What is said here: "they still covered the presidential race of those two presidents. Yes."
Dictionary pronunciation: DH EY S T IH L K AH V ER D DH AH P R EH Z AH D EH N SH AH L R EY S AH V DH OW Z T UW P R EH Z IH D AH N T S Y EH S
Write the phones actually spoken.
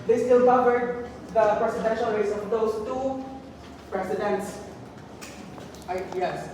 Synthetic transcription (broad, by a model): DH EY S T IH L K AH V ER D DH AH P R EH S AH D EH N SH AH L R EY S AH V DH OW S T UW P R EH S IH D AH N T S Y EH S